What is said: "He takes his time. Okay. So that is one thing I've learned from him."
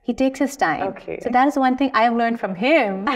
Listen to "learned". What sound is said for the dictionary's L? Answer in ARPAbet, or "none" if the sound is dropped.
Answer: L